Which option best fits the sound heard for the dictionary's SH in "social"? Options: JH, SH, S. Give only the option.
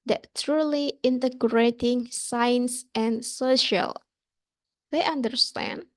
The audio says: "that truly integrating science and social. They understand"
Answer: SH